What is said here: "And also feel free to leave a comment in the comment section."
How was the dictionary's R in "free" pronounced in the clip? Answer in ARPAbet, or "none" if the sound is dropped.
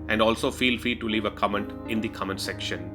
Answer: none